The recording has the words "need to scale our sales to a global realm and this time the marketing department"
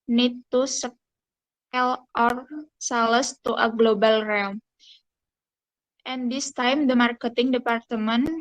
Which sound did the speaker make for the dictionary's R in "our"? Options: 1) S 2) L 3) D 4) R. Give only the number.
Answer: 4